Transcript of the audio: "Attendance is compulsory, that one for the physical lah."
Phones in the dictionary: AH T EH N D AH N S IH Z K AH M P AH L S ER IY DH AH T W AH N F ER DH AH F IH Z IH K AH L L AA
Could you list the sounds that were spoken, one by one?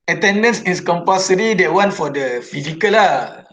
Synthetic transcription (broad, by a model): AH T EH N D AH N S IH S K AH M P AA S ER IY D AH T W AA N F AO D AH F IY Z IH K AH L L AA